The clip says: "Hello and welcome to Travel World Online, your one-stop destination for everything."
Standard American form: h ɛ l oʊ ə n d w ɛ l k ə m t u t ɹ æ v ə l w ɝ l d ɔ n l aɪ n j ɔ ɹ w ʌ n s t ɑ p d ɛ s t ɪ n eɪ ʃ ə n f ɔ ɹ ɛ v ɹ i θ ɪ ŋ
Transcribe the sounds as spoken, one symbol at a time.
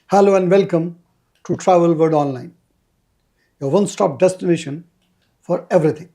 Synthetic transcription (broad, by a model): h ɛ l oʊ ə n d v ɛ l k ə m t u t ɹ æ v ə l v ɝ d ɔ n l aɪ n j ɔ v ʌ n s t ɑ p d ɛ s t ɪ n eɪ ʃ ə n f ɔ ɹ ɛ v ɹ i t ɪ ŋ